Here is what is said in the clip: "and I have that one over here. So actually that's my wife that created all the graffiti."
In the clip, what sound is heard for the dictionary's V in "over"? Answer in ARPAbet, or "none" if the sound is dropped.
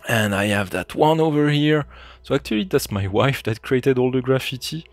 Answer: V